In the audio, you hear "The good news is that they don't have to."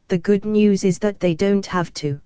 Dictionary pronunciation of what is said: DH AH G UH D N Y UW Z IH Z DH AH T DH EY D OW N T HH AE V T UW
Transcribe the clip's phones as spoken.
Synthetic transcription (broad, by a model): DH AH G UH D N Y UW Z IH Z DH AH T DH EY D OW N T HH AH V T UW